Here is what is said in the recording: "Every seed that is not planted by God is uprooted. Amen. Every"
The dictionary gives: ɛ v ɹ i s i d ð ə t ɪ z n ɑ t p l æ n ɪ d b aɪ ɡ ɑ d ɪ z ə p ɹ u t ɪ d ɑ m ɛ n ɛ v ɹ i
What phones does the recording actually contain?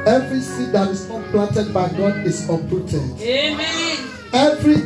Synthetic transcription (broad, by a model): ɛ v ɹ i s i d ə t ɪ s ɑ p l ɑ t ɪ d b aɪ ɡ ɑ d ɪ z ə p u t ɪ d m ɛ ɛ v ɹ i